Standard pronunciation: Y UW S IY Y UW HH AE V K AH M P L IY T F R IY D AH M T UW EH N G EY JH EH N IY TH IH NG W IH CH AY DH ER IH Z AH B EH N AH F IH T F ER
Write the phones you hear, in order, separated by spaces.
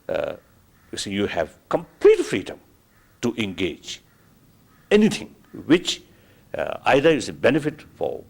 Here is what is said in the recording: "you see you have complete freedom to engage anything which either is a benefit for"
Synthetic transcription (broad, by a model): Y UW S IY Y UW HH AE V K AH M P L IY T F R IY D AH M T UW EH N G EY JH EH N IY T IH NG W IH CH AY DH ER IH S AH B EH N AH F IH T F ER